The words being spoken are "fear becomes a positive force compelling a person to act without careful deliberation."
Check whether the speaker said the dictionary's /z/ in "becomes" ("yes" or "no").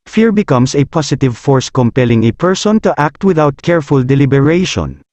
no